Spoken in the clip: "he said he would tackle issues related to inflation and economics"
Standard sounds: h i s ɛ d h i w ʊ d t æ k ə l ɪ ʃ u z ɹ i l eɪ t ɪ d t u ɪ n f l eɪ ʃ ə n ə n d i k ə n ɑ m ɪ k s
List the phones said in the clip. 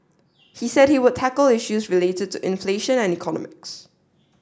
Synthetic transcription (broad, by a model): h i s ɛ d h i w ʊ d t æ k ə l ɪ ʃ u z ɹ i l eɪ t ɪ d t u ɪ n f l eɪ ʃ ə n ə n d i k ə n ɑ m ɪ k s